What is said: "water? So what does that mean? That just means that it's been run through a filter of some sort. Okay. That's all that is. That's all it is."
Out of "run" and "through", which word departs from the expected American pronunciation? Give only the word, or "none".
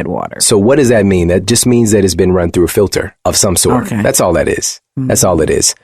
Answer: none